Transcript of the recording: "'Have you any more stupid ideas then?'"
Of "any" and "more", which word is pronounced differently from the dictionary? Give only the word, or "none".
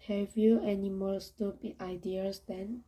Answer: more